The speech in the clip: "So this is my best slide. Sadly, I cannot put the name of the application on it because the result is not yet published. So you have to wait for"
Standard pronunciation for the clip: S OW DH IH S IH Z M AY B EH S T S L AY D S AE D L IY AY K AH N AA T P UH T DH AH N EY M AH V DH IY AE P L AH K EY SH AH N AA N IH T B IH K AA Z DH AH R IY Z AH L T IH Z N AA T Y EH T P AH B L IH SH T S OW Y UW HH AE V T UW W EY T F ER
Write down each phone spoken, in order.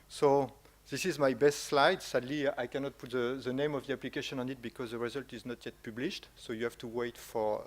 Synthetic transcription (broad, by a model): S OW DH IH S IH Z M AY B EH S T S L AY D S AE D L IY AY K AH N AA T P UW T DH AH N EY M AH V DH IY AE P L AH K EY SH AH N AA N IH T B IH K AA Z DH AH R IY Z AH L T IH Z N AA T Y EH T P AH B L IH SH T S OW Y UW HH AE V T UW W EY T F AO